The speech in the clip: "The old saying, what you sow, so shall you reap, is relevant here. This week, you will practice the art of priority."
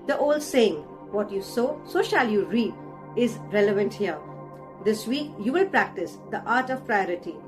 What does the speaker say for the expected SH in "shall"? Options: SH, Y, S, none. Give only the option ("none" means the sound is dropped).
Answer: SH